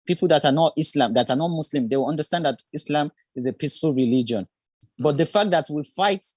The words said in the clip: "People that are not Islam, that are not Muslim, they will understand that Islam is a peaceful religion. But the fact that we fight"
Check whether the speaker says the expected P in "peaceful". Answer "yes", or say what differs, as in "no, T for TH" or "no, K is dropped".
yes